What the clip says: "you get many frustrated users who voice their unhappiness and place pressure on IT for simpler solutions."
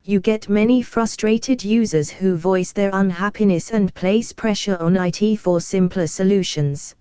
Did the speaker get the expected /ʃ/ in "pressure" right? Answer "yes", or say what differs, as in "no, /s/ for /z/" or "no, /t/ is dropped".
yes